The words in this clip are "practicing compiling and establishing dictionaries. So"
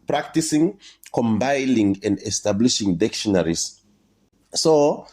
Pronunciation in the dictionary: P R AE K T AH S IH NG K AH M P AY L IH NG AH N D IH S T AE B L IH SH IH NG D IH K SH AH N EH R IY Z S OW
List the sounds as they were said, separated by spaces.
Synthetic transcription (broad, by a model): P R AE K T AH S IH NG K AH M B AY N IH NG AH N D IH S T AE B L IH SH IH NG D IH K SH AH N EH R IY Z S OW